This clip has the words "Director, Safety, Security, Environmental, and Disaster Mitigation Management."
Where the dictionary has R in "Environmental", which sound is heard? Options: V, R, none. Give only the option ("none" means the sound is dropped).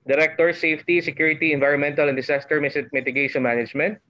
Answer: R